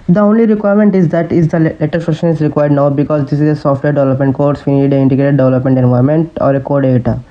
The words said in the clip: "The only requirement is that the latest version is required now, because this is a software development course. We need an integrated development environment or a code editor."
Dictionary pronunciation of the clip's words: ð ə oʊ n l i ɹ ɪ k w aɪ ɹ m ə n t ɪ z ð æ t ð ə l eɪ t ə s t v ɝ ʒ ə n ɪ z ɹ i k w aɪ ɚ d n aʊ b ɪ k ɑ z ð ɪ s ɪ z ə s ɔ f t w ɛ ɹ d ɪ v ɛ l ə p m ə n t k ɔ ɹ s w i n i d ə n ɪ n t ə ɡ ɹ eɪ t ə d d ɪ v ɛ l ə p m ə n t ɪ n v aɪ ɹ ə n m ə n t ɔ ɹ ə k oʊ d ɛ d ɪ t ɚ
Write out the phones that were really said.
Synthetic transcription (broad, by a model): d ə oʊ n l i ɹ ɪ k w aɪ ɹ m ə n t ɪ z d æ t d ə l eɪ t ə t f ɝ ʃ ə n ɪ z ɹ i k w aɪ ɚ d n aʊ b ɪ k ɑ z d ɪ s ɪ z ə s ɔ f t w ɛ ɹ d ɪ v ɛ l ə p m ə n t k ɔ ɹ s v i n i d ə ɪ n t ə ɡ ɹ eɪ t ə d d ɪ v ɛ l ə p m ə n t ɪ n v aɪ ɹ m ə n t ɔ ɹ ə k oʊ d d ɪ t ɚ